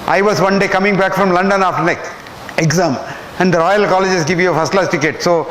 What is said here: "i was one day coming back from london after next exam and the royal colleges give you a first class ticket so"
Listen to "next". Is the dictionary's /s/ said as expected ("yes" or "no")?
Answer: no